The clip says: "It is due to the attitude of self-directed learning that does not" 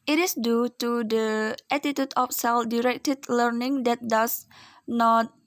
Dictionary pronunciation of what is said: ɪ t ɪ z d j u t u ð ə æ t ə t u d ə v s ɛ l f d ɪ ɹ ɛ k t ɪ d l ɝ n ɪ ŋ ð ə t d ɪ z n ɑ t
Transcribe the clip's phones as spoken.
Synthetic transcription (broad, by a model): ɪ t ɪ s d j u t u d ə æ t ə t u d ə f s ɛ l f d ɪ ɹ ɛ k t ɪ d l ɝ n ɪ ŋ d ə t d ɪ s n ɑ t